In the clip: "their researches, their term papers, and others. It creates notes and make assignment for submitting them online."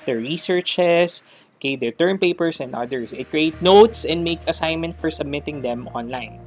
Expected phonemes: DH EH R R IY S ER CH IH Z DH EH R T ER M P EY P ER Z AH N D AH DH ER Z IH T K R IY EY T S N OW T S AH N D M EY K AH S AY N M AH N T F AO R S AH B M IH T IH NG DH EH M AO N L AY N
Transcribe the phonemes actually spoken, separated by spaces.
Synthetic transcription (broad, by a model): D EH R R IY S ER CH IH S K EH R T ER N P EY P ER S AH N D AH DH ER S IH T K R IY EY T N OW T S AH N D M EY K AH S AY N M AH N T F AO R S AH B M IH T IH NG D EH M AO N L AY N